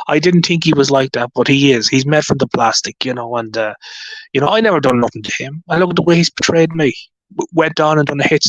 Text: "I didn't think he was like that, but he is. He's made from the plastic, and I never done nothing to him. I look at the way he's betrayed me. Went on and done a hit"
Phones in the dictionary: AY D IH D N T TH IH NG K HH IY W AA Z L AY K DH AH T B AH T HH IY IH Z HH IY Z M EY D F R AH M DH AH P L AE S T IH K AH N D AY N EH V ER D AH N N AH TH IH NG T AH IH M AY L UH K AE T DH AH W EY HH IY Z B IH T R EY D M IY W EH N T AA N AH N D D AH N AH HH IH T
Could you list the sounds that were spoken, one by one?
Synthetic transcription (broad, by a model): AY D IH D N T TH IH NG K HH IY W AA Z L AY K DH AH T B AH T HH IY IH Z HH IY Z M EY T F R AH M DH AH P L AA S T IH K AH N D AY N EH V ER D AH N N AH TH IH NG T AH IH M AY L UH K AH T DH AH W EY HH IY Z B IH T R EY D M IY W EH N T AA N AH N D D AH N AH HH IH T